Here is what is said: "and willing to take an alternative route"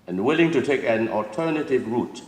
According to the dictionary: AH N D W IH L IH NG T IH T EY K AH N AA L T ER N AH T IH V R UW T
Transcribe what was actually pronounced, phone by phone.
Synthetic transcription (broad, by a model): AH N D W IH L IH NG T IH T EY K AH N AA L T ER N AH T IH V R UW T